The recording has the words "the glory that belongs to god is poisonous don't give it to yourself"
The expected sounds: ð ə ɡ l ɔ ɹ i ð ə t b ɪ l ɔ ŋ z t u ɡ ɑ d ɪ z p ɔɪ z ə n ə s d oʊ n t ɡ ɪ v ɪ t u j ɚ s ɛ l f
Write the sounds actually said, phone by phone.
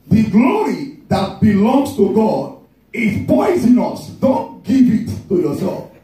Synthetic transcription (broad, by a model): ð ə ɡ l ɔ ɹ i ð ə t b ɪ l ɔ ŋ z t u ɡ ɑ d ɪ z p ɔɪ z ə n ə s d oʊ n t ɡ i v ɪ t u j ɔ s ɛ l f